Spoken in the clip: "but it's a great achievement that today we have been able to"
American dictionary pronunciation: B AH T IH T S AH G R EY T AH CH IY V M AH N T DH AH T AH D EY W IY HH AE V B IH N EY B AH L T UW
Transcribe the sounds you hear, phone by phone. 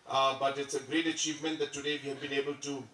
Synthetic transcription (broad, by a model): B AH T IH T S AH G R EY T AH CH IY V M AH N T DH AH T AH D EY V IY HH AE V B IH N EY B AH L T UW